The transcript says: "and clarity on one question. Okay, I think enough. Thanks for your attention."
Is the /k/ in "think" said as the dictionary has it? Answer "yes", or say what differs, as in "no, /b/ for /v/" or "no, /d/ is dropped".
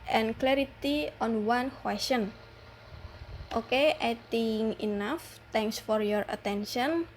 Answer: no, /k/ is dropped